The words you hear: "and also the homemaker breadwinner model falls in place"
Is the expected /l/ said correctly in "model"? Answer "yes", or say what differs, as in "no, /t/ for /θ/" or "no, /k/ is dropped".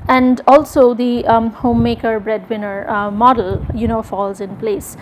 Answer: no, /n/ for /l/